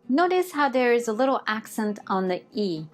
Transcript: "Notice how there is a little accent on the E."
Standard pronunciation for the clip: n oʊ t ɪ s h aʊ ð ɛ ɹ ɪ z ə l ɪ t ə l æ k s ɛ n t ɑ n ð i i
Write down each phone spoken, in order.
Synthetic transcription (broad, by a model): n oʊ t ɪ s h aʊ ð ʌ ɹ ɪ z ə l ɪ t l æ k s ɛ n t n ð i i